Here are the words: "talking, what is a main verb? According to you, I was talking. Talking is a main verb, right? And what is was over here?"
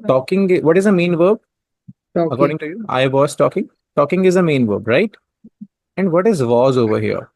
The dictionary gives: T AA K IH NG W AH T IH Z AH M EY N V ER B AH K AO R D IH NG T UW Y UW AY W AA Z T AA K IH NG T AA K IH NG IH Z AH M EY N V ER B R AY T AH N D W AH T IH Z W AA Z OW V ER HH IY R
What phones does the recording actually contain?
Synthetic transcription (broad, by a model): T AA K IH NG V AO T IH Z AH M EY N V ER B AH K AO R D IH NG T UW Y UW AY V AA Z T AA K IH NG T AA K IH NG IH Z AH M EY N V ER B R AY T AH N D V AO T IH Z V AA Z OW V ER HH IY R